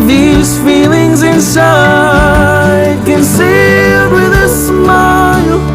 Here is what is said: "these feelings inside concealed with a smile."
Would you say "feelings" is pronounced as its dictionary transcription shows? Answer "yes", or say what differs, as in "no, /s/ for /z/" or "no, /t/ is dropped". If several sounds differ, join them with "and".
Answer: yes